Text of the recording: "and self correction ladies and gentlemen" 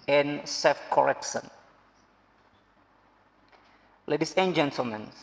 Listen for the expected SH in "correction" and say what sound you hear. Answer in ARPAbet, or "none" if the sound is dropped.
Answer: S